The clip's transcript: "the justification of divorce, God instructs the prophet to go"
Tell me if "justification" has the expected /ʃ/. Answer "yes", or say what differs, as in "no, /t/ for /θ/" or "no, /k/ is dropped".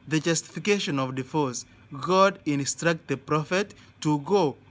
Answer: yes